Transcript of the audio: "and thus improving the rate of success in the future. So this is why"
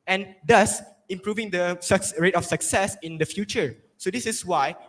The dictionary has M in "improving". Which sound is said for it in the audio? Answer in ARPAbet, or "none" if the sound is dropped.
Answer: M